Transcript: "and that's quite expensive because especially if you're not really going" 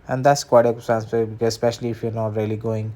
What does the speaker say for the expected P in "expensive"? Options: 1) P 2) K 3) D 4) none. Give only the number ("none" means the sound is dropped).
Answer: 4